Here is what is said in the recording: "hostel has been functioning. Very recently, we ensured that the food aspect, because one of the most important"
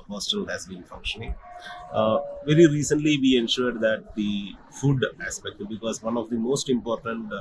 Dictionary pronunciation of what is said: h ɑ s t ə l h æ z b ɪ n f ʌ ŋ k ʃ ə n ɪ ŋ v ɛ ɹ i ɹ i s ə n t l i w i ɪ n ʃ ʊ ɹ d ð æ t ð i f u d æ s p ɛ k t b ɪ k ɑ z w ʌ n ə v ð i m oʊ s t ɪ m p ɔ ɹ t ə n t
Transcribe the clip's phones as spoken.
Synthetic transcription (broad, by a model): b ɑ s t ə l h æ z b ɪ n f ʌ ŋ k ʃ ə n ɪ ŋ v ɛ ɹ i ɹ i s ə n t l i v i ɪ n ʃ ʊ ɹ d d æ t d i f u d æ s p ɛ k t b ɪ k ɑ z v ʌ n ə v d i m oʊ s t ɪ m p ɔ ɹ t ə n t